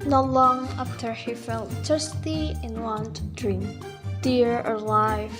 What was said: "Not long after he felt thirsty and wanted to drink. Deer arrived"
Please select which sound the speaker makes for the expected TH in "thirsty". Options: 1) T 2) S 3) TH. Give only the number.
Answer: 1